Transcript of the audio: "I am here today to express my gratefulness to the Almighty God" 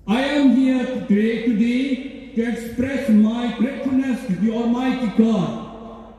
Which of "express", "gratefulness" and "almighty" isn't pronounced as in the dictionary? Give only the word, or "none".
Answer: gratefulness